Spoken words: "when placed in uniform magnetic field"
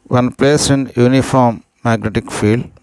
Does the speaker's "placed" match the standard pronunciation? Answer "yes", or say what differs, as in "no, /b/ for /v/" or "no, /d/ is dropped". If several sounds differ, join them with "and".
no, /t/ is dropped